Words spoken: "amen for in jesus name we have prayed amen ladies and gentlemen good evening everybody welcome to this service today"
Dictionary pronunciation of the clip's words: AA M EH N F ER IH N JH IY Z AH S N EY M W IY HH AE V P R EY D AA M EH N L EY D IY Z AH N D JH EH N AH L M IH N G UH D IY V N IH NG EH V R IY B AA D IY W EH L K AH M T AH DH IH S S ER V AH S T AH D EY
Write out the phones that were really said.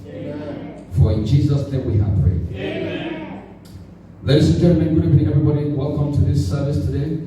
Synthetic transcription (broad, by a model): F ER IH N JH IY Z AH S N EY M W IY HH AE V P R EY AA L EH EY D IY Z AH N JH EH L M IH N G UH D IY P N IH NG EH V R IY B AA D IY W EH L K AH M T AH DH IH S S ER V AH S T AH D EY